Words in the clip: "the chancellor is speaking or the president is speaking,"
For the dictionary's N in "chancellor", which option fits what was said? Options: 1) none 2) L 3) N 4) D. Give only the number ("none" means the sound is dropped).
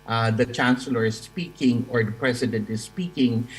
3